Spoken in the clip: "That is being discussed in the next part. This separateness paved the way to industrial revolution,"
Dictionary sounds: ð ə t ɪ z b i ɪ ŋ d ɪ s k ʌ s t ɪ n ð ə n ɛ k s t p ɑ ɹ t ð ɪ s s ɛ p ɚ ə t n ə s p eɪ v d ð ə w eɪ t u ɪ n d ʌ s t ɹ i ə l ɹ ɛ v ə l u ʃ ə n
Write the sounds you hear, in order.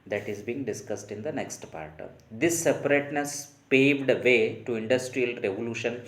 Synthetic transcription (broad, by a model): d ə t ɪ z b i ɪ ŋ d ɪ s k ʌ s t ɪ n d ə n ɛ k s t p ɑ ɹ t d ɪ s s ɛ p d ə t n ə s p eɪ v d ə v eɪ t u ɪ n d ʌ s t ɹ i ə l ɹ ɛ v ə l u ʃ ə n